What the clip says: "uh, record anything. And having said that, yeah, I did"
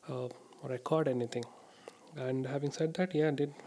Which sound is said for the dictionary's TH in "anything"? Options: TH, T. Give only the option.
T